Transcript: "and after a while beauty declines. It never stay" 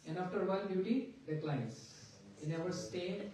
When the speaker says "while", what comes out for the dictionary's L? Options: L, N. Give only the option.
N